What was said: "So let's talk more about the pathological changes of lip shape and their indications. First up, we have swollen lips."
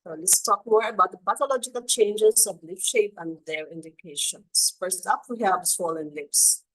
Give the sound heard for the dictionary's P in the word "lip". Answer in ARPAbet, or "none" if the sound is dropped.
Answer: F